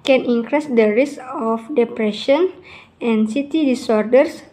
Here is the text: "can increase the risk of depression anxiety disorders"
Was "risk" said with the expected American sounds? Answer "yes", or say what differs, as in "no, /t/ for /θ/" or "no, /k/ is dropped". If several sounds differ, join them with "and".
no, /k/ is dropped